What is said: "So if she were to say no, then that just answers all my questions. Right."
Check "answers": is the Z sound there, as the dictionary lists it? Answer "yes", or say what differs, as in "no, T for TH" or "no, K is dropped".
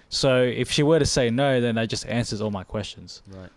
yes